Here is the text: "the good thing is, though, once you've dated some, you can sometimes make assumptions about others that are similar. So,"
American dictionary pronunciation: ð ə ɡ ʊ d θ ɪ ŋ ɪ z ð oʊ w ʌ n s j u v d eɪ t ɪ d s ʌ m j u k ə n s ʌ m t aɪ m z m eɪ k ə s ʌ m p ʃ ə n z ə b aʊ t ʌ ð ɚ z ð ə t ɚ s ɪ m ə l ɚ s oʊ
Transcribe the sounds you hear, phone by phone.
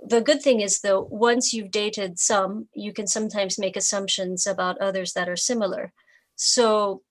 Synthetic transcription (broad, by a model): ð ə ɡ ʊ d θ ɪ ŋ ɪ z ð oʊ w ʌ n s j u v d eɪ t ɪ d s ʌ m j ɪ k ə n s ʌ m t aɪ m z m eɪ k ə s ʌ m p ʃ ə n z ə b aʊ t ʌ ð ɚ z ð ə t ɚ s ɪ m l ɚ s oʊ